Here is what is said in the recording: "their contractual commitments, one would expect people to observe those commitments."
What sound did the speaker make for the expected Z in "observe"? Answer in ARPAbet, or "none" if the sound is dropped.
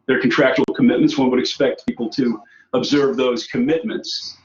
Z